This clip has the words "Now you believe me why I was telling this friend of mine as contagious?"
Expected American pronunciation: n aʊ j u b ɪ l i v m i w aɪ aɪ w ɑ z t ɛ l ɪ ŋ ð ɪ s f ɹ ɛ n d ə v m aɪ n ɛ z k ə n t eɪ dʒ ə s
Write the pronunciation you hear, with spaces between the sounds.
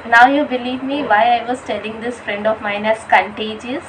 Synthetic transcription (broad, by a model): n aʊ j u b ɪ l i v m i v aɪ aɪ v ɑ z t ɛ l ɪ ŋ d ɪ s f ɹ ɛ n d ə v m aɪ n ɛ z k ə n t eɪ dʒ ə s